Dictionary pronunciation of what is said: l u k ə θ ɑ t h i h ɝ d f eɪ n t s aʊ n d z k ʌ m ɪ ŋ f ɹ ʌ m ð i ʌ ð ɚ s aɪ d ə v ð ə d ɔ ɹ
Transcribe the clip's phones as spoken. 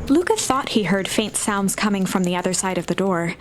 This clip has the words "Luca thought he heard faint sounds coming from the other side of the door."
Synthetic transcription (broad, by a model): l u k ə θ ɑ t h i h ɝ d f eɪ n t s aʊ n d z k ʌ m ɪ ŋ f ɹ ʌ m ð i ʌ ð ɚ s aɪ d ə v ð ə d ɔ ɹ